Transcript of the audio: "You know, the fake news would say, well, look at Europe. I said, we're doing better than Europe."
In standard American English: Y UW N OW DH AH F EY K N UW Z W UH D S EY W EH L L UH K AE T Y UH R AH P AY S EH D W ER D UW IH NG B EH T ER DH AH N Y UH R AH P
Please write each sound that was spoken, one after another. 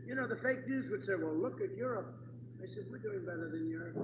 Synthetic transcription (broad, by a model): Y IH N OW DH AH F EY K N UW Z W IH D S EY W EH L L UH K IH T Y UH R AH P AY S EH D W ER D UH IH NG B EH T ER DH AH N Y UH R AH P